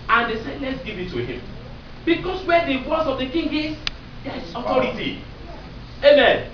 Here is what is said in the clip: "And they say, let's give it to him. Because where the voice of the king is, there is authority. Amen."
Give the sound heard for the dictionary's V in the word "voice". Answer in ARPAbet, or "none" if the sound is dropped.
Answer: W